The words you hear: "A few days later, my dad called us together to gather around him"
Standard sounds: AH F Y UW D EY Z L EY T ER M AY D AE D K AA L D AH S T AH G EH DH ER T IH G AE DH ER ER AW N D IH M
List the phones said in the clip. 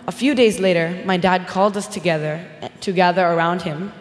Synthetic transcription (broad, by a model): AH F Y UW D EY Z L EY T ER M AY D AE D K AA L D AH S T AH G EH DH ER T IH G AE DH ER ER AW N D IH M